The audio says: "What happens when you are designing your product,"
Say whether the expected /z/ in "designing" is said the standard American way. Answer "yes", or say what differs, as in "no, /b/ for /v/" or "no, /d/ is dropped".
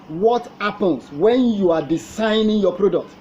no, /s/ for /z/